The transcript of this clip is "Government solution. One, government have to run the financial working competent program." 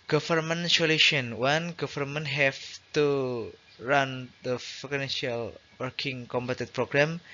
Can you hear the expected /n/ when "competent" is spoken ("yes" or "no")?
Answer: no